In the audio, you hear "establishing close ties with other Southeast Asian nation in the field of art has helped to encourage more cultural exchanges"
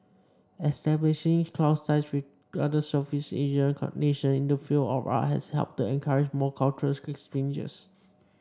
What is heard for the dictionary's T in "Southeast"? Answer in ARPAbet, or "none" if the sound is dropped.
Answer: none